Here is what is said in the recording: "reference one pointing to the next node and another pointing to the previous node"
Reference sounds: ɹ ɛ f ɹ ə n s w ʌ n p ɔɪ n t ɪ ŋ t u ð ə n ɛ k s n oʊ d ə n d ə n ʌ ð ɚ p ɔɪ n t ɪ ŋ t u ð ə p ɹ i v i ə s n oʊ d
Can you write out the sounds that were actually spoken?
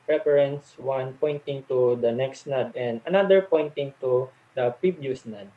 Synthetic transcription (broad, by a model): ɹ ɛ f ɹ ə n s w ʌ n p ɔɪ n t ɪ ŋ t u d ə n ɛ k s n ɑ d ə n d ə n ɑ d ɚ p ɔɪ n t ɪ ŋ t u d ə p i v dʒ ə s n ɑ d